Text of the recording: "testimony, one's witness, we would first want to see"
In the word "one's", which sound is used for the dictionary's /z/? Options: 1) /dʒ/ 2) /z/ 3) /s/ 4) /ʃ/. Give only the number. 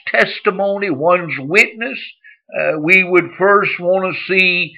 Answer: 2